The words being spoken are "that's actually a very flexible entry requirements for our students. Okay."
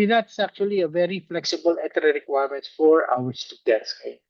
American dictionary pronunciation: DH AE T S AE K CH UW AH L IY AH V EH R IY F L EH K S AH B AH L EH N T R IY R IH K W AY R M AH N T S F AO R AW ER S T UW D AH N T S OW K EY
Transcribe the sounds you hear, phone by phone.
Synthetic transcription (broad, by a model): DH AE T S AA K CH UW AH L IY AH V EH R IY F L EH K S AH B AH L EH T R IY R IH K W AY R M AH N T F AO R AW ER S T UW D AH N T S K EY